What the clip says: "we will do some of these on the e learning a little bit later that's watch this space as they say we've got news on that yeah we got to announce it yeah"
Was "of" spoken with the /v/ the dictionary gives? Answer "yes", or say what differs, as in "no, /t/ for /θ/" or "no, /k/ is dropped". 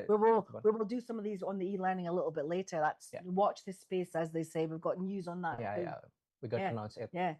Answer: yes